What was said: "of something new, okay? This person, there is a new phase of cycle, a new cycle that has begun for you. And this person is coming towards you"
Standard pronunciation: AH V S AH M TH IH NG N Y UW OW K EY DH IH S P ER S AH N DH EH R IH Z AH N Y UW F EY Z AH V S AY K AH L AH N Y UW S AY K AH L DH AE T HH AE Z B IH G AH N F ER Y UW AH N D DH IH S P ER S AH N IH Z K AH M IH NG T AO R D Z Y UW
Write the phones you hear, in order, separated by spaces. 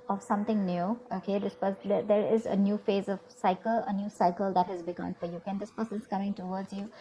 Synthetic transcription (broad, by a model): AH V S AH M T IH NG N Y UW OW K EY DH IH S P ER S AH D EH R IH Z AH N Y UW F EY Z AH V S AY K AH L AH N Y UW S AY K AH L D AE T HH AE Z B IH G AH N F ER Y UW AH N D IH S P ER S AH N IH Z K AH M IH NG T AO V D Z Y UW